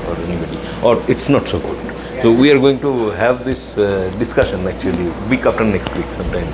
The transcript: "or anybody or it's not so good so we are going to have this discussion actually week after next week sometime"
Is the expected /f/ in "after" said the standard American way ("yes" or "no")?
no